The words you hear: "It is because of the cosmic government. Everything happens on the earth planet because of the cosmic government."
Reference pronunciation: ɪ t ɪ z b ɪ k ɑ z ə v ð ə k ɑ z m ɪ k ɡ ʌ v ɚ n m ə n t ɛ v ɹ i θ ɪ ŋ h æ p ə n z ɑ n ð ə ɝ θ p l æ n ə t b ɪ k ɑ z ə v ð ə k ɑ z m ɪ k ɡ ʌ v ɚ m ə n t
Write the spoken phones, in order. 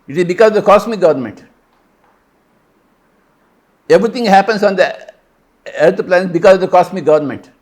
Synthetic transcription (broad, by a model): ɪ t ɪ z b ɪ k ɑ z ə v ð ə k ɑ s m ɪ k ɡ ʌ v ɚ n m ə n t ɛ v ɹ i t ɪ ŋ h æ p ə n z ɑ n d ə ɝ t p l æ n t b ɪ k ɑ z ə v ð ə k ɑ s m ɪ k ɡ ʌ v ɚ m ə n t